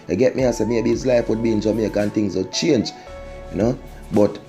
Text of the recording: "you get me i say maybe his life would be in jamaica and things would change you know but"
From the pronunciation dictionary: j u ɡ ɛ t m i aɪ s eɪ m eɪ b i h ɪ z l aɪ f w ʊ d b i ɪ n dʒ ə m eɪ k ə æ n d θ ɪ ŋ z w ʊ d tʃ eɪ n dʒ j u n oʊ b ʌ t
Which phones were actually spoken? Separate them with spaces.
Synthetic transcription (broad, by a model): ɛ ɡ ɛ t m i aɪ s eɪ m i i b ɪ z l aɪ f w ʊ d b i ɪ n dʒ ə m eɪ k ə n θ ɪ ŋ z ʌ tʃ eɪ n dʒ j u n oʊ b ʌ t